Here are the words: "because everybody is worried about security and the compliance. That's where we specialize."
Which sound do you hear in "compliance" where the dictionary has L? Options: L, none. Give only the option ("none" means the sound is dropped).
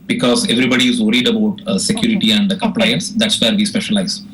L